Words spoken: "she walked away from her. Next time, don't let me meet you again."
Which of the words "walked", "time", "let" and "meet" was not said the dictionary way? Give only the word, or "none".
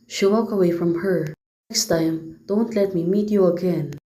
walked